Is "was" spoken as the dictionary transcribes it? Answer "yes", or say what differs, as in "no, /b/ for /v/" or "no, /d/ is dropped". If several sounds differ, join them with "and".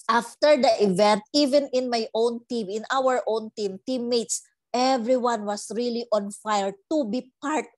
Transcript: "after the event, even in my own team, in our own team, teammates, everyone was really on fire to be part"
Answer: no, /s/ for /z/